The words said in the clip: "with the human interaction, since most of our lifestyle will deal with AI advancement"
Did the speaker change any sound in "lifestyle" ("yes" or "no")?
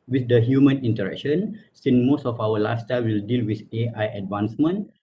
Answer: yes